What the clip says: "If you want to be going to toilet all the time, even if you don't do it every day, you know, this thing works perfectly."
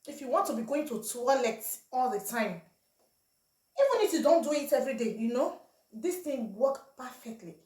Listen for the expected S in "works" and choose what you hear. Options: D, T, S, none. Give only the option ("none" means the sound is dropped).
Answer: none